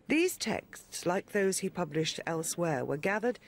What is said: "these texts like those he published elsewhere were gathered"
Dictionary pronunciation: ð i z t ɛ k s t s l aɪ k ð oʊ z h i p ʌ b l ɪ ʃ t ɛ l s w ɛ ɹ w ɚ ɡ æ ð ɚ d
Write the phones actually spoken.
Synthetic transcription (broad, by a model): ð i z t ɛ k s t s l aɪ k ð oʊ z h i p ʌ b l ɪ ʃ t ɛ l s w ɛ ɹ w ɚ ɡ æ ð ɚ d